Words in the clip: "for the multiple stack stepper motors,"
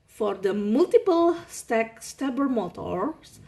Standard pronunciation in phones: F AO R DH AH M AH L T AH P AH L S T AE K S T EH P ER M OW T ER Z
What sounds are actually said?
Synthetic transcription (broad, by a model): F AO R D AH M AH L T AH P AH L S T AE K S T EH B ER M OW T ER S